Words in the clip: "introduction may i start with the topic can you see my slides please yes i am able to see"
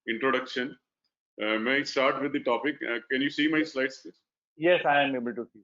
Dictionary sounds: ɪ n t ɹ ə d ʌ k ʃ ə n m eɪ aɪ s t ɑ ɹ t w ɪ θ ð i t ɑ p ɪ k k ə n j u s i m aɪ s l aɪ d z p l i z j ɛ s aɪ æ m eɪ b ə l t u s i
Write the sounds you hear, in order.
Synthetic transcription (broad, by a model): ɪ n t ɹ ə d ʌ k ʃ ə n m eɪ s t ɑ ɹ t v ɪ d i t ɑ p ɪ k k ə n j u s i m aɪ s l aɪ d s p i j ɛ s aɪ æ m eɪ b ə l t u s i